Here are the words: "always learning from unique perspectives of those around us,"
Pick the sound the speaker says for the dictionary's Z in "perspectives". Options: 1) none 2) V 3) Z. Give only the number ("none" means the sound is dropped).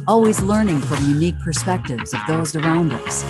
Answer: 3